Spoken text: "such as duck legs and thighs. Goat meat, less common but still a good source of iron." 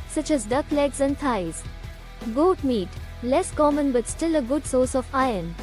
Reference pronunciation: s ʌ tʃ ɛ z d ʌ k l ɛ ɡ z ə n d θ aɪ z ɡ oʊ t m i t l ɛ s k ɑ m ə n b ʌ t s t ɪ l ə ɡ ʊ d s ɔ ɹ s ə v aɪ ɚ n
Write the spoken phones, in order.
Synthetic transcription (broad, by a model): s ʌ tʃ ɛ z d ʌ k l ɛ ɡ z ə n d t aɪ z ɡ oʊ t m i t l ɛ s k ɑ m ə n b ʌ t s t ɪ l ə ɡ ʊ d s ɔ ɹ s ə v aɪ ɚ n